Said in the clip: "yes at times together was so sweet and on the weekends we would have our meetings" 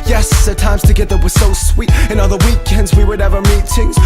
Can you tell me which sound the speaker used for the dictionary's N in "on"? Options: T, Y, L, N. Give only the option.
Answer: L